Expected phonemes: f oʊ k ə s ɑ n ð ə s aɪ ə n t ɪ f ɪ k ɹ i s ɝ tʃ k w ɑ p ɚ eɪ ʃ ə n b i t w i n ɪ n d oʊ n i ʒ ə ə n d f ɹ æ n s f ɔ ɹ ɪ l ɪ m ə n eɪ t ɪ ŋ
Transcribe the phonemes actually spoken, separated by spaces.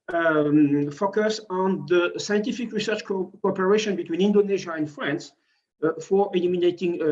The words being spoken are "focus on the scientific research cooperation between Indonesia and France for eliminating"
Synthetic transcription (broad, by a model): f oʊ k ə s ɑ n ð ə s aɪ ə n t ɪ f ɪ k ɹ i s ɝ tʃ k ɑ p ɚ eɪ ʃ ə n b i t w i n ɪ n d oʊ n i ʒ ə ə n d f ɹ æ n s f ɔ ɹ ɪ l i m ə n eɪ t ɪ ŋ